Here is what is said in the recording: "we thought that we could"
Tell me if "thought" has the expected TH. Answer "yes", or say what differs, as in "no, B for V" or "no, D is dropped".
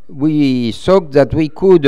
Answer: no, S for TH